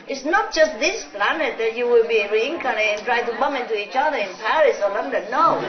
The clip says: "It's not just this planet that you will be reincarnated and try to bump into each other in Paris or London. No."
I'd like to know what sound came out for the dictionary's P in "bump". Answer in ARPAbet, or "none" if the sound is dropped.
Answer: none